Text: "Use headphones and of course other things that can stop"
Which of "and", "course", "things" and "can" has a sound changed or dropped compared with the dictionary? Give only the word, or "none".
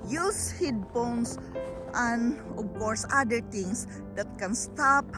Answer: things